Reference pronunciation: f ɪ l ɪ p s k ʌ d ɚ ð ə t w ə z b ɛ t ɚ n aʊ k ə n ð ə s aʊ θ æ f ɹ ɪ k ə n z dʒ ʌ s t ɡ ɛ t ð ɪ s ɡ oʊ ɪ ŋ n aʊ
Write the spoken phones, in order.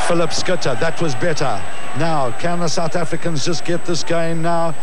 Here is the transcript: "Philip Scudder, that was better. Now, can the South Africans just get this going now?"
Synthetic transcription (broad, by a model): f ɪ l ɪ p s k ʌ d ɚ ð ə t w ə z b ɛ t ɚ n aʊ k ə n ð ə s aʊ θ æ f ɹ ɪ k ə n z dʒ ʌ s ɡ ɛ t ð ɪ s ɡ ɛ ɪ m n aʊ